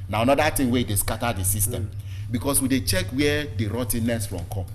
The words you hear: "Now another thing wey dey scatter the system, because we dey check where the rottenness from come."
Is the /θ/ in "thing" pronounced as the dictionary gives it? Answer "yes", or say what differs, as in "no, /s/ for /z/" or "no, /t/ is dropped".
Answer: no, /t/ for /θ/